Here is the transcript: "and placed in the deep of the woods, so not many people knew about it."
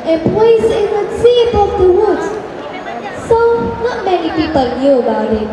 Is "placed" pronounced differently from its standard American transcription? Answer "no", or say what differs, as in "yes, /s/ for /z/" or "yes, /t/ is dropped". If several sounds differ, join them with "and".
yes, /t/ is dropped